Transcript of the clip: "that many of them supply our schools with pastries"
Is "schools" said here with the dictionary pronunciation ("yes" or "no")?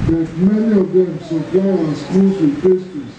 no